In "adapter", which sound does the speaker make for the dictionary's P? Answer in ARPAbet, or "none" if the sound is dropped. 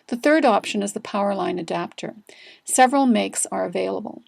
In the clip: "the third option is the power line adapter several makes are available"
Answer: P